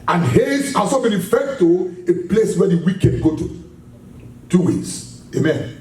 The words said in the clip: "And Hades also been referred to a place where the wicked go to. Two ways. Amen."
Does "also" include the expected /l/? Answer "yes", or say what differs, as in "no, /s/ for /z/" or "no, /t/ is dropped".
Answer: no, /l/ is dropped